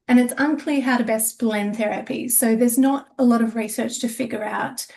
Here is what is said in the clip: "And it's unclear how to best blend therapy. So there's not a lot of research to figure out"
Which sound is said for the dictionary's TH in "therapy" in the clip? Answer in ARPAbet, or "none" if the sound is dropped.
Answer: TH